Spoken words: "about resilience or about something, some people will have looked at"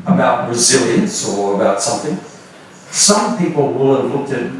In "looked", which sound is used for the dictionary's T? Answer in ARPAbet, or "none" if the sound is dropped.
T